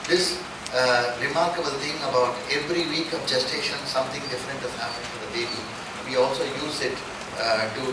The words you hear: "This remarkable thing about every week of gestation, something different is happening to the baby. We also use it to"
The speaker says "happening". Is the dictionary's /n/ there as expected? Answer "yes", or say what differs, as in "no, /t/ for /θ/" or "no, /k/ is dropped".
no, /n/ is dropped